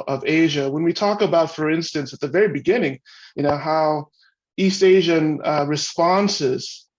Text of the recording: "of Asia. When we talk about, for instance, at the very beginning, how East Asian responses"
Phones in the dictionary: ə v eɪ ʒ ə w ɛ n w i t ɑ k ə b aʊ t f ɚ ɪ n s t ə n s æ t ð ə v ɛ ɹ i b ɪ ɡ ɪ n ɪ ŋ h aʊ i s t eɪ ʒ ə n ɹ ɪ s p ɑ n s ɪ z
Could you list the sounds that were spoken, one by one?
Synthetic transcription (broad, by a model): ə v eɪ ʒ ə w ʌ n w i t ɑ k ə b aʊ t f ɚ ɪ n s t ə n s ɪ t ð ə v ɛ ɹ i b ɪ ɡ ɪ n ɪ ŋ h aʊ i s t eɪ ʒ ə n ɹ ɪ s p ɑ n s ɪ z